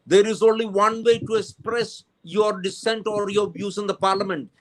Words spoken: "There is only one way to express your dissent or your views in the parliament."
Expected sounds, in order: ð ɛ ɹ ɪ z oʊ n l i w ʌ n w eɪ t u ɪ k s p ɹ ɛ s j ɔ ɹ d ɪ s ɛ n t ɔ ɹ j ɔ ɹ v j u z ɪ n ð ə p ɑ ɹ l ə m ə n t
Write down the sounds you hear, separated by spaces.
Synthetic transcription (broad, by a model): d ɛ ɹ ɪ z oʊ n l i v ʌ n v eɪ t u ɪ k s p ɹ ɛ s j ɔ ɹ d ɪ s ɛ n t ɔ ɹ j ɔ ɹ b j u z ɪ n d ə p ɑ ɹ l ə m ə n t